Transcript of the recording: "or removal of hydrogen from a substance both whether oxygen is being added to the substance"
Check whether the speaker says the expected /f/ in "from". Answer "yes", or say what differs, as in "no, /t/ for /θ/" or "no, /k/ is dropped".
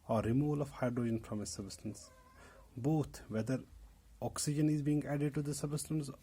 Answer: no, /p/ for /f/